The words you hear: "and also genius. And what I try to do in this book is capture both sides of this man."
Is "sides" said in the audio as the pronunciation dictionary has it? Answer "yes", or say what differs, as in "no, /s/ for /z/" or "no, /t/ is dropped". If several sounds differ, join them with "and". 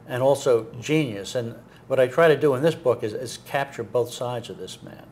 yes